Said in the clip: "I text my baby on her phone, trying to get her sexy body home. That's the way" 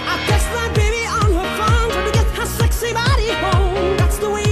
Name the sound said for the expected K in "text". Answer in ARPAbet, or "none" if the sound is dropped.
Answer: none